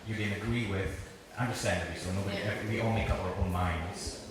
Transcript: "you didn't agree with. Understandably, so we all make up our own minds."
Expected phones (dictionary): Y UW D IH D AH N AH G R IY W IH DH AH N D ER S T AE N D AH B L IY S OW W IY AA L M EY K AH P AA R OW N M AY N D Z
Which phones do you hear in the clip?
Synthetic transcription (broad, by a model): Y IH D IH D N AH G R IY W IH DH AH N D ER S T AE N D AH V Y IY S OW W IY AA N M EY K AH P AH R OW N M AY N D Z